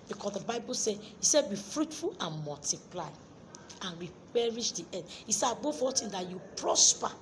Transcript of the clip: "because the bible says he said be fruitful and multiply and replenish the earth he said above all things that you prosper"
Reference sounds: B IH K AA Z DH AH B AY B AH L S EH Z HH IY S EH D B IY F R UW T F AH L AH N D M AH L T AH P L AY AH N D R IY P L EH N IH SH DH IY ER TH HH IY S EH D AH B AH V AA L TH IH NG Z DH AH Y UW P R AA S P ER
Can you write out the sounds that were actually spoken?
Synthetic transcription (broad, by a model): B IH K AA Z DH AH B AY B AH L S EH HH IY S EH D B IY F R UW T F AH L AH N M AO L T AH P L AY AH N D R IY P EH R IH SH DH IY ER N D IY S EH AH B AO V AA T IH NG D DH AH Y UW P R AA S P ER